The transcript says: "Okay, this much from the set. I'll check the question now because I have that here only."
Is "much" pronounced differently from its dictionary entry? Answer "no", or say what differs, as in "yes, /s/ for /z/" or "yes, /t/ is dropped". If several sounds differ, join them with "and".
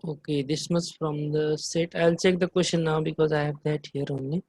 yes, /s/ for /tʃ/